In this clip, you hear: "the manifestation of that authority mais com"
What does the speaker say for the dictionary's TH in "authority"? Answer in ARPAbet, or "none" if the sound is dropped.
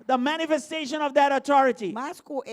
T